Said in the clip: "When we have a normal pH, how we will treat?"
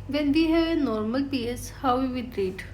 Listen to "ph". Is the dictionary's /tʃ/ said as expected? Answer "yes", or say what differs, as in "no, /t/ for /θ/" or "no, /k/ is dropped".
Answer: no, /s/ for /tʃ/